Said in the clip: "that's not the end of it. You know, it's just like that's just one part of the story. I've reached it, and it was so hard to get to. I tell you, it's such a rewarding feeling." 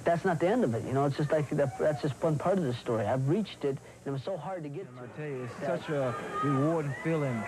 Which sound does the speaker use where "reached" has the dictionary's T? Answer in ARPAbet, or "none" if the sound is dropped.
T